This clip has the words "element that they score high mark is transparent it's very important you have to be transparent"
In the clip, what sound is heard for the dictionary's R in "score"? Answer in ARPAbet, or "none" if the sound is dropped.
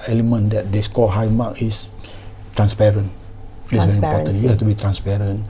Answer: L